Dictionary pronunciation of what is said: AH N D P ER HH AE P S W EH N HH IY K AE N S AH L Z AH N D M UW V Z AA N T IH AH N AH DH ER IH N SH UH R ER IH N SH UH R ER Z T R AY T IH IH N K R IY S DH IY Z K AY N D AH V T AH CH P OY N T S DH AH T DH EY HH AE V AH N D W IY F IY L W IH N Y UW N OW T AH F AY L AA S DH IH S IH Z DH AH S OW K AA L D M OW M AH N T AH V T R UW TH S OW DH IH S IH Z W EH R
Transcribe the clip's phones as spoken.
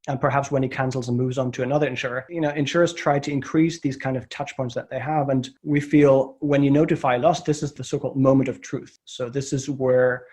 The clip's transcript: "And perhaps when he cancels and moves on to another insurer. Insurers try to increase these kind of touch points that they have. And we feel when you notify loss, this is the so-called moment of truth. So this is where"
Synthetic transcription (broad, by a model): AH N P ER HH AE P S W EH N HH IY K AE N S L Z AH N M UW V Z N T IH AH N AH DH ER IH N SH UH R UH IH N SH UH R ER S T R AY T IH IH N K R IY S DH IY Z K AY N D AH V T AH CH P OY N T S DH AH T DH EY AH V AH N W IY F IY L W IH N Y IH N OW T AH F AY L AA S DH IH S IH Z DH AH S OW K AA L D M OW M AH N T AH V T R UW TH S OW DH IH S IH Z W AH R